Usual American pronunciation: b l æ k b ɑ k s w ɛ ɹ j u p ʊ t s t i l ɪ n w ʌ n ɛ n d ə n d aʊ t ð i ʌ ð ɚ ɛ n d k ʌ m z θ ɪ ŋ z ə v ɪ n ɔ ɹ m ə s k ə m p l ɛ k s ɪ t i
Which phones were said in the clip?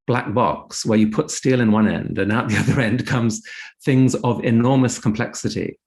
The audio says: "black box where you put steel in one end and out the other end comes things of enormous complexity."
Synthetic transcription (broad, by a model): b l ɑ k b ɑ k s w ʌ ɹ j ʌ p ʊ t s t i l ɪ n w ʌ n ɛ n d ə n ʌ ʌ t ð i ʌ ð ɚ ɛ n d k ʌ m z θ ɪ ŋ z ə v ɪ n ɔ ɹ m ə s k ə m p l ɛ k s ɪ t i